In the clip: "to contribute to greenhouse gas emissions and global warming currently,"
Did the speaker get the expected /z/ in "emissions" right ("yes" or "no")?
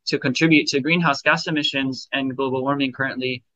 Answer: yes